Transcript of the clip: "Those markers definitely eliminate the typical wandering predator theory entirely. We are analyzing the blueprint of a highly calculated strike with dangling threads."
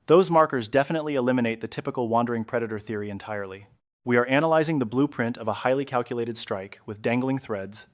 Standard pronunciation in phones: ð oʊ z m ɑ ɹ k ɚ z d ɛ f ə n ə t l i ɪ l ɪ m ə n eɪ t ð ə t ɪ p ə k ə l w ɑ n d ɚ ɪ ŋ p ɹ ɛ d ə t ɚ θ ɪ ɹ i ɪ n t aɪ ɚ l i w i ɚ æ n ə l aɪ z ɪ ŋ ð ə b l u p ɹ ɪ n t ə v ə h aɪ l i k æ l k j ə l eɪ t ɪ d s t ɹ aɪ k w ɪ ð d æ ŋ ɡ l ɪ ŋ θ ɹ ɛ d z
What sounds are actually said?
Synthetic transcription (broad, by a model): ð oʊ z m ɑ ɹ k ɚ z d ɛ f ə n ə t l i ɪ l ɪ m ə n eɪ t ð ə t ɪ p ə k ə l w ɑ n d ɚ ɪ ŋ p ɹ ɛ d ə t ɚ θ ɪ ɹ i ɪ n t aɪ ɚ l i w i ɚ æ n ə l aɪ z ɪ ŋ ð ə b l u p ɹ ɪ n t ə v ə h aɪ l i k æ l k j ə l eɪ t ɪ d s t ɹ aɪ k w ɪ ð d æ ŋ ɡ l ɪ ŋ θ ɹ ɛ d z